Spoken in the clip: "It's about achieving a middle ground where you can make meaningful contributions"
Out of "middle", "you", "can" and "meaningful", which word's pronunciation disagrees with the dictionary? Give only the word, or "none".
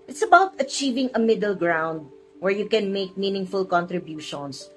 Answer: none